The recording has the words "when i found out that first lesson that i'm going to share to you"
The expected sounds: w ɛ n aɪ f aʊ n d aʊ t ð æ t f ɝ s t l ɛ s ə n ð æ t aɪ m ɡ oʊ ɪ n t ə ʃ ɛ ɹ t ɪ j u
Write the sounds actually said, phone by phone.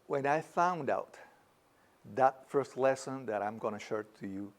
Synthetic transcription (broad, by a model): w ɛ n aɪ f aʊ n d aʊ t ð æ t f ɝ s t l ɛ s ə n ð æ t aɪ m ɡ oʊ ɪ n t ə ʃ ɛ ɹ t ɪ j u